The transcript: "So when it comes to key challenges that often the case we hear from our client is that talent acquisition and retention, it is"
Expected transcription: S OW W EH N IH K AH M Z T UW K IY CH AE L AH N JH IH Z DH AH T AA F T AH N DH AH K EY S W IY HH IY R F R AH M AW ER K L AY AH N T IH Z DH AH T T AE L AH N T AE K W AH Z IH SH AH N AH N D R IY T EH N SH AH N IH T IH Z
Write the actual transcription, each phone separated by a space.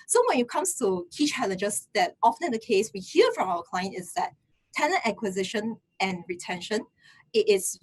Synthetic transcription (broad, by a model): S OW W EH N IH K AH M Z T UW K IY CH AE L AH N JH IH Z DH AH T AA F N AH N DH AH K EY S W IY HH IY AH F R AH M AW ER K L AY AH N T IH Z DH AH T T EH N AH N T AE K W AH Z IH SH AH N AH N R IY T EH N SH AH N IH T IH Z